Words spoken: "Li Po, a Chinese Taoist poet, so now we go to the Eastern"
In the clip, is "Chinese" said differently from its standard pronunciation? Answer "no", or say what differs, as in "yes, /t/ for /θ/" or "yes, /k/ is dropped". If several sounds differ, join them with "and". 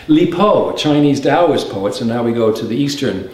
no